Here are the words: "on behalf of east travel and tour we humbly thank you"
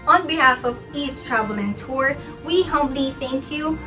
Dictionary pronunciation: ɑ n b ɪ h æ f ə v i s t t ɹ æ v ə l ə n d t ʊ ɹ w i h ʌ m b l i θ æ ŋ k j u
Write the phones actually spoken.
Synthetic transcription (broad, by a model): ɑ n b ɪ h æ f ə v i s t t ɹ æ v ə l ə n t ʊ ɹ w i h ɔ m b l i θ æ ŋ k j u